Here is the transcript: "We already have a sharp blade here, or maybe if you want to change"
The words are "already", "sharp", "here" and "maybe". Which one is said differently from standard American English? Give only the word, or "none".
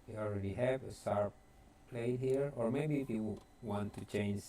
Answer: sharp